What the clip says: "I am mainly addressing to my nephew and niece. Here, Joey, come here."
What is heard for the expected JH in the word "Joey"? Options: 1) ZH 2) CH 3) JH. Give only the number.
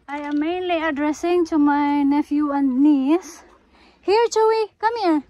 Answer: 2